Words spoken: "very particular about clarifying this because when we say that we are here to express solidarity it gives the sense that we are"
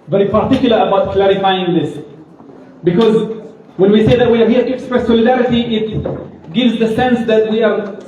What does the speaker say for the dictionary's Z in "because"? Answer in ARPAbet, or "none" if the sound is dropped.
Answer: Z